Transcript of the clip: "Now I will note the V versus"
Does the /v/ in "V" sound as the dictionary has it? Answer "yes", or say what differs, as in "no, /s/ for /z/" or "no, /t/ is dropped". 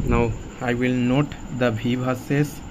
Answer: no, /b/ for /v/